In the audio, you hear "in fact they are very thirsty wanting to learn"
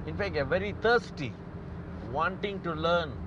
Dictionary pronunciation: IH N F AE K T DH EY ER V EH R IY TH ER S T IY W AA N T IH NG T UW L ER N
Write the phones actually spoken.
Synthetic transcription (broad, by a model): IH N F AE K T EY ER V EH R IY T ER S T IY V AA N T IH NG T UW L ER N